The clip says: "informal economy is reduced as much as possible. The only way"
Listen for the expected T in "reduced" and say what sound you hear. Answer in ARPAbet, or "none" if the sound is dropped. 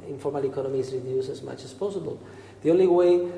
none